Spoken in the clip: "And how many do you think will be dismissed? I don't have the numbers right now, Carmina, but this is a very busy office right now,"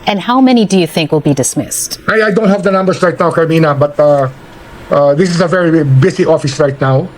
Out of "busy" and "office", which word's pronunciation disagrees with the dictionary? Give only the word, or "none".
busy